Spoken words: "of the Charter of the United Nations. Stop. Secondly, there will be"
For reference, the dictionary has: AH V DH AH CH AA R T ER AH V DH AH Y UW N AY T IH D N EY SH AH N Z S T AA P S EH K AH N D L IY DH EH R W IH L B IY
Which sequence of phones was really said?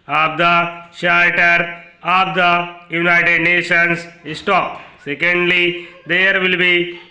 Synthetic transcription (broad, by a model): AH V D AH SH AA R T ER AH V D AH Y UW N AY T IH D N EY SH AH N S S T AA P S EH K AH N D L IY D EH R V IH L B IY